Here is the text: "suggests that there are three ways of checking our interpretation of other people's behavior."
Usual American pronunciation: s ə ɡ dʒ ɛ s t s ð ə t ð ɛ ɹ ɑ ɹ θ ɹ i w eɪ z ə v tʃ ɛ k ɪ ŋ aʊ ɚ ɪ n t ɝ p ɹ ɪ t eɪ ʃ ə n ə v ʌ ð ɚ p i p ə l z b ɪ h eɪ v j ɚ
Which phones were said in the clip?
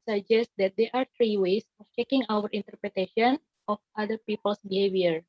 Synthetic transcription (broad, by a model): s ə dʒ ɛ s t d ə t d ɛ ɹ ɑ ɹ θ ɹ i w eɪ s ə f tʃ ɛ k ɪ ŋ aʊ ɚ ɪ n t ɝ p ɹ ɪ t eɪ ʃ ə n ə f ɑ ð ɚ p i p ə l s b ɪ h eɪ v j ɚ